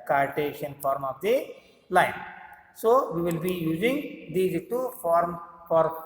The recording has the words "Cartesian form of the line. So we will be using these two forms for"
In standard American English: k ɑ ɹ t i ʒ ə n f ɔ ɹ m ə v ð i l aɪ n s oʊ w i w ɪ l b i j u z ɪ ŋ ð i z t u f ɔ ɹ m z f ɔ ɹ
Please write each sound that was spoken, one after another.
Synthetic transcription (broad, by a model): k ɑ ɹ t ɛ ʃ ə n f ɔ ɹ m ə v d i l aɪ n s oʊ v i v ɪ l b i j u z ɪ ŋ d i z t u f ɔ ɹ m f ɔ ɹ